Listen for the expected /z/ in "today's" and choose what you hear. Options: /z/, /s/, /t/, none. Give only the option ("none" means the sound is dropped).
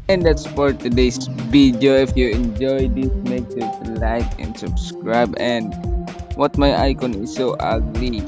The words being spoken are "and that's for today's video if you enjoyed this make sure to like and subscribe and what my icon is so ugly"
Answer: /s/